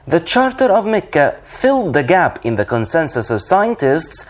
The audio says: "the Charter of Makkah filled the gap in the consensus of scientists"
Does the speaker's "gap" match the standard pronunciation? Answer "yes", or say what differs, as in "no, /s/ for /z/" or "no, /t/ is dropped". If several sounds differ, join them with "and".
yes